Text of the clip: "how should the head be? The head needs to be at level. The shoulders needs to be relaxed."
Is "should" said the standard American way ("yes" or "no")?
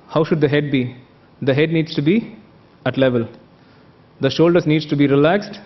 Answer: yes